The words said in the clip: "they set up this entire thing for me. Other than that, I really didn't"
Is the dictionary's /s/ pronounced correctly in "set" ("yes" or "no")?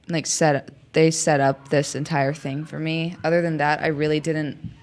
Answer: yes